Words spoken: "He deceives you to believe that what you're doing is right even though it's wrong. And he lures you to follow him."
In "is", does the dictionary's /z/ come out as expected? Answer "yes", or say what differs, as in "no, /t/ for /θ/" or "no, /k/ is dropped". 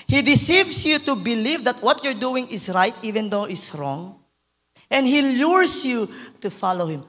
no, /s/ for /z/